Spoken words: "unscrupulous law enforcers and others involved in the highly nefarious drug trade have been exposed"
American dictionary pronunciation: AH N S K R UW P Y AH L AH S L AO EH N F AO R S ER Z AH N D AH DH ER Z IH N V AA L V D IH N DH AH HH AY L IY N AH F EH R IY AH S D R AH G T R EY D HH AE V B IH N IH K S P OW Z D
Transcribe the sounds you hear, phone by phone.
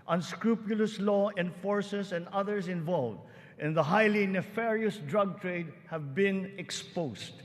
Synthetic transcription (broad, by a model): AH N S K R UW P Y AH L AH S L AO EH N F AO R S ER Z AH N D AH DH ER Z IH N V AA L V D IH N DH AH HH AY L IY N AH F EH R IY AH S D R AH G T R EY D HH AE V B IH N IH K S P OW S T